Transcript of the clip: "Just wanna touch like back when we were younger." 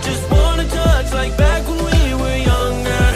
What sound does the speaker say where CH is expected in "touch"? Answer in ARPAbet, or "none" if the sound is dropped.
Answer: S